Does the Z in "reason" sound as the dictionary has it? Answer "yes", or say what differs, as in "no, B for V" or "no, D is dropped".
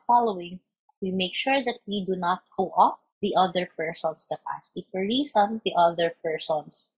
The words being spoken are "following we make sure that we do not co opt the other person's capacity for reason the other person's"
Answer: no, S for Z